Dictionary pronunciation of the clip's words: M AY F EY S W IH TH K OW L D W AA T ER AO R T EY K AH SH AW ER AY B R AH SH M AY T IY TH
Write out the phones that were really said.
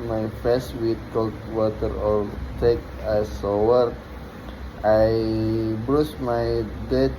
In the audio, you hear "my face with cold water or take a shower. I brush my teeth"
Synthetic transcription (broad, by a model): M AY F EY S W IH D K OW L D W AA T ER AO R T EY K AH S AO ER AY B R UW S M AY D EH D